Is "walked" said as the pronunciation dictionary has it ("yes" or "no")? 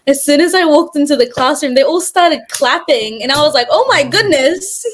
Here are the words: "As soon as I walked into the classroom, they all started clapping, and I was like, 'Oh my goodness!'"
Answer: yes